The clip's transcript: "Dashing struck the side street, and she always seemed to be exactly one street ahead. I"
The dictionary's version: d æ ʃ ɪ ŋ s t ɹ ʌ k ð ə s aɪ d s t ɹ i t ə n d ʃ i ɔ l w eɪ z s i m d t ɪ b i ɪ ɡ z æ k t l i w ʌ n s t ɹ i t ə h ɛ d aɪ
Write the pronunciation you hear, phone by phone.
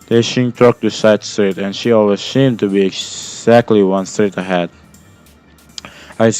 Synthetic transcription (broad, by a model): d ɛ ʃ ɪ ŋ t ɔ k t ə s aɪ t s t ɹ i t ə n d ʃ i ɔ l w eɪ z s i m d t ɪ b i ɪ ɡ z æ k t l i w ʌ n s t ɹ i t ə h ɛ d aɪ